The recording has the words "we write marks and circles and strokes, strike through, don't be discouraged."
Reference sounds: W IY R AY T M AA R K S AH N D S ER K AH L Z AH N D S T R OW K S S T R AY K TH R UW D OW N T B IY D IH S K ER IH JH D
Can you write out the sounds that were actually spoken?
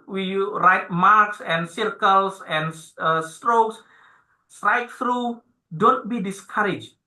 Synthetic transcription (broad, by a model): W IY R AY T M AA R K S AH N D S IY K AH L S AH N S S T R OW K S S T R AY K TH R UW D OW N T B IY D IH S K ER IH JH